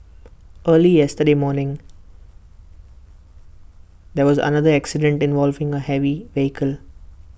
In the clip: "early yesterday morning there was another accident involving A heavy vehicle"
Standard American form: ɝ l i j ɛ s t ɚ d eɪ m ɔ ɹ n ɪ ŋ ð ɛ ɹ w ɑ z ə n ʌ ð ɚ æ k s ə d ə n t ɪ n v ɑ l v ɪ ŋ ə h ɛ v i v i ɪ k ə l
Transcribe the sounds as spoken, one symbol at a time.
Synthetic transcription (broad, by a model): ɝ l i j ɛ s t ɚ d eɪ m ɔ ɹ n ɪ ŋ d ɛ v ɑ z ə n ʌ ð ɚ æ k s ə d ə n t ɪ n v ɑ l v ɪ ŋ ə h ɛ v i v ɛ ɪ k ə l